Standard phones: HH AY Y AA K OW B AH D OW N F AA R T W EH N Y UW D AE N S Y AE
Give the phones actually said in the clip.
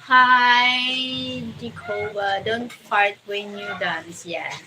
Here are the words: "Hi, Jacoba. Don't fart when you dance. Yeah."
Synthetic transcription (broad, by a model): HH AY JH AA K OW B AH D OW N P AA R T W EH N Y UW D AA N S Y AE